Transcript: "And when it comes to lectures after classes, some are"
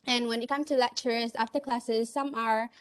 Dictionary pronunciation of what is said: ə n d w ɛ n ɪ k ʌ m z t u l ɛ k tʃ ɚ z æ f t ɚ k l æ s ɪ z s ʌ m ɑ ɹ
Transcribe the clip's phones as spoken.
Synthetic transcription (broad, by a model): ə n w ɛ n ɪ k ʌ m t u l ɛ k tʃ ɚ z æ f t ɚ k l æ s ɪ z s ʌ m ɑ ɹ